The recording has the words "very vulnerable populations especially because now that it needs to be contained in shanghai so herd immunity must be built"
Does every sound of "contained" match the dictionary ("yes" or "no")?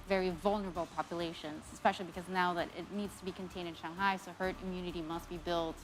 yes